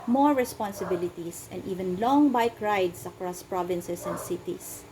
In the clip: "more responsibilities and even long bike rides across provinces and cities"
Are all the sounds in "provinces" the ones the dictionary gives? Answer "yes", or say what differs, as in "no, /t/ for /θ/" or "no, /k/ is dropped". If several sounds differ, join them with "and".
no, /s/ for /z/